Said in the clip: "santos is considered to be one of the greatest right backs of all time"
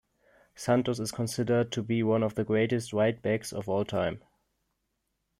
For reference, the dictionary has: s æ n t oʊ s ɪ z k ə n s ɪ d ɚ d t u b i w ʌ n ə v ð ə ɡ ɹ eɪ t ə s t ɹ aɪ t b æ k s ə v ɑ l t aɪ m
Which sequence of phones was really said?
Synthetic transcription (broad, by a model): s æ n t oʊ s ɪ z k ə n s ɪ d ɚ d t u b i w ʌ n ə v ð ə ɡ ɹ eɪ t ə s t w aɪ t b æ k s ə v ɑ l t aɪ m